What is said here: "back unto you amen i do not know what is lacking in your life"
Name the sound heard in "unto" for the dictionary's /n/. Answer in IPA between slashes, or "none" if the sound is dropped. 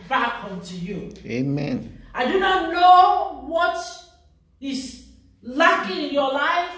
/n/